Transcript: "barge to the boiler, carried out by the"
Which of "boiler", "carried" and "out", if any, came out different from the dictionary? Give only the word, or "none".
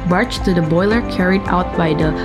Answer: none